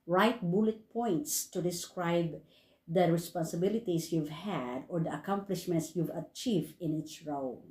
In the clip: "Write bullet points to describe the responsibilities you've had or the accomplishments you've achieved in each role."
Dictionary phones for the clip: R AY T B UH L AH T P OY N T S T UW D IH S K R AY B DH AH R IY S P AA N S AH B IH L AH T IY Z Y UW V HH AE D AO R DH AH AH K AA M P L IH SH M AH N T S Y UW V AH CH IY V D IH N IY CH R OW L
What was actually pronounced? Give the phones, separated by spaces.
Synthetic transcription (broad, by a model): R AY T B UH L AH T P OY N T S T UW D IH S K R AY B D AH R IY S P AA N S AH B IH L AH T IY S Y UW V HH AE D AO R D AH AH K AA M P L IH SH M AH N T S Y UW V AH CH IY V D IH N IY S R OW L